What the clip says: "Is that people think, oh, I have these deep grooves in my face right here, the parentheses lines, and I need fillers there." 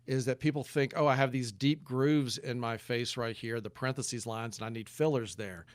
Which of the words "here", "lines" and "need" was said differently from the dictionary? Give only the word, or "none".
none